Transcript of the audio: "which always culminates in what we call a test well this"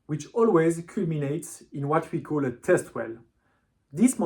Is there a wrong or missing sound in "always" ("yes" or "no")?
no